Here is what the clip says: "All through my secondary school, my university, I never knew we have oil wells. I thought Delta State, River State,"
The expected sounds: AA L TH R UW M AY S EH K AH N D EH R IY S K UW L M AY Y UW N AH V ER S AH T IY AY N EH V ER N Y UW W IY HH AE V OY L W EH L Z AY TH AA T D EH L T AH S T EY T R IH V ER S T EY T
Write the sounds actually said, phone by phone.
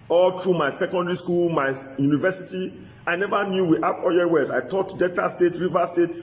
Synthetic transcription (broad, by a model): AA L T R UW M AY S EH K AH N D EH R IY S K UW L M AY Y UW N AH V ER S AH T IY AY N EH V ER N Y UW W IY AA P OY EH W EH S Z AY T AA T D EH T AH S T EY T R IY V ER S T EY T